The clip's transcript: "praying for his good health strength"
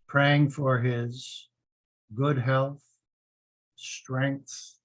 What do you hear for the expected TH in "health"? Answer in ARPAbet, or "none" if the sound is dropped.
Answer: TH